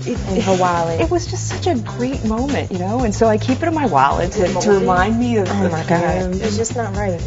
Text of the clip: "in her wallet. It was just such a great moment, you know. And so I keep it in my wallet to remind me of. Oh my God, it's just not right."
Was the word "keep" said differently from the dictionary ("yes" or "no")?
no